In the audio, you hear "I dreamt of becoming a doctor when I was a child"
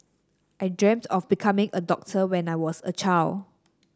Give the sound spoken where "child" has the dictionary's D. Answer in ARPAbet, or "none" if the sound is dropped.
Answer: none